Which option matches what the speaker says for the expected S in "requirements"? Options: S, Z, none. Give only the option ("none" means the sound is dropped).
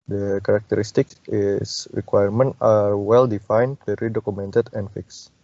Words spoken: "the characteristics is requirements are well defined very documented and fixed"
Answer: none